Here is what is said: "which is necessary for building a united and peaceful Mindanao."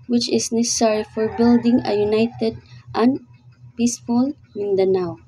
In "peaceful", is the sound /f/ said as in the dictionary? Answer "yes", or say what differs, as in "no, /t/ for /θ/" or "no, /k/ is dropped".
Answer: yes